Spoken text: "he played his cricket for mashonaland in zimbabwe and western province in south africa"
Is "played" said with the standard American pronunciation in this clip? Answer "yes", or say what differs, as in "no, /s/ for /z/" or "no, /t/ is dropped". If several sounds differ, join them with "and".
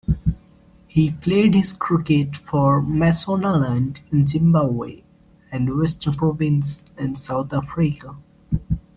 no, /f/ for /p/